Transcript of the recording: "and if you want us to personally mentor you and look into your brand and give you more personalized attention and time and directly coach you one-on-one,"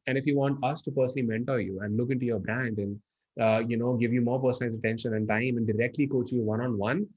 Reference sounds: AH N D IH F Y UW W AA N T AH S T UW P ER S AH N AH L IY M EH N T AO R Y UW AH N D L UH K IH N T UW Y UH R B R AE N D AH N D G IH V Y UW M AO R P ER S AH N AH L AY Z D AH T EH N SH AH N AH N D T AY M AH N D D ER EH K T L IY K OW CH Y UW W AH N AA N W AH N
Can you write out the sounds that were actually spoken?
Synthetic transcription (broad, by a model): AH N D IH F Y UW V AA N T AH S T UW P ER S AH N AH L IY M EH N T AO R Y UW AH N D L UH K IH N T UW Y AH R B R AE N D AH N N G IH V Y UW M AO R P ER S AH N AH IH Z AH T EH N SH AH N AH N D T AY M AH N D D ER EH K T L IY K OW CH Y UW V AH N AA N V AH N